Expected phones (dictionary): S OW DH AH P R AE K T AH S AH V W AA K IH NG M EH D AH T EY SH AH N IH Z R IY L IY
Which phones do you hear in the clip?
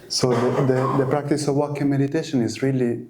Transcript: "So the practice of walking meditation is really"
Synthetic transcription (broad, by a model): S OW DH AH P R AE K T AH S AH V W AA K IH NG M EH D AH T EY SH AH N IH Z R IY L IY